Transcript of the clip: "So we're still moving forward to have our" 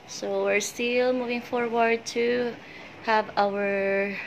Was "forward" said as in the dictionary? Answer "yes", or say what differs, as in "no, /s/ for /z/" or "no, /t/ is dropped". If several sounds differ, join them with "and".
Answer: yes